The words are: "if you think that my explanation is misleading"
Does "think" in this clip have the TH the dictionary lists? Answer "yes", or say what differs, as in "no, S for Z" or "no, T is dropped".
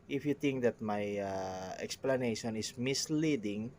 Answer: no, T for TH